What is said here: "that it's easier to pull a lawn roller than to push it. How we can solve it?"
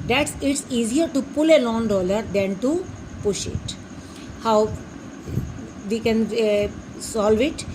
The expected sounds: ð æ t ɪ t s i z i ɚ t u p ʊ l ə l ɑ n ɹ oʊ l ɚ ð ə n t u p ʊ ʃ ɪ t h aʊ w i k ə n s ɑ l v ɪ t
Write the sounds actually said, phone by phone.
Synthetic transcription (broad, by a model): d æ t ɪ t s i z i ɚ t u p ʊ l ə l ɑ n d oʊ l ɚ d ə n t u p ʊ ʃ ɪ t h aʊ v i k ə n s ɑ l v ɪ t